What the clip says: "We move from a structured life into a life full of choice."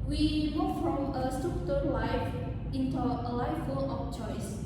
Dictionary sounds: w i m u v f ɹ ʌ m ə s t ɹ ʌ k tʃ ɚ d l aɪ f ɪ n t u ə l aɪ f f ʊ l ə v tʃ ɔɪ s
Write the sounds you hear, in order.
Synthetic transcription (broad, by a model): w i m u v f ɹ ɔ m ə s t ʌ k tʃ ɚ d l aɪ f ɪ n t u ə l aɪ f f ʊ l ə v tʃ ɔɪ s